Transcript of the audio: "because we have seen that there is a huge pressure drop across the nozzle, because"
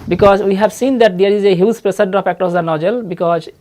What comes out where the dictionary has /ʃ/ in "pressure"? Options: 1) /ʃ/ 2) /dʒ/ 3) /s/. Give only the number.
3